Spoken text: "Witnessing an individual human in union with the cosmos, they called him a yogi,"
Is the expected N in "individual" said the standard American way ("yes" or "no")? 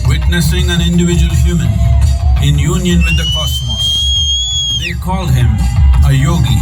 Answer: yes